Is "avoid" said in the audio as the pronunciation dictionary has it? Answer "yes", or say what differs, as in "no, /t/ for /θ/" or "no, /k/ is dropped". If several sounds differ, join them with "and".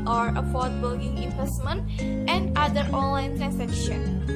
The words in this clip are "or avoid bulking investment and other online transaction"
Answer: no, /f/ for /v/